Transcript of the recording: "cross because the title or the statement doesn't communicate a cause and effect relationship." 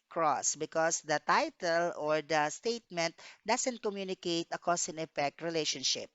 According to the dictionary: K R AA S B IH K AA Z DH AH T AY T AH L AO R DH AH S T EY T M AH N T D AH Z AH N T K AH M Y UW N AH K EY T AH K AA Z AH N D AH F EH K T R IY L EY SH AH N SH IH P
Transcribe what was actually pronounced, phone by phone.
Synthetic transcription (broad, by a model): K R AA S B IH K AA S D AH T AY T AH L AO R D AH S T EY T M AH N T D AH S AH N T K AH M Y UW N AH K EY T AH K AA S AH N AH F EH K T R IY L EY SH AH N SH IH P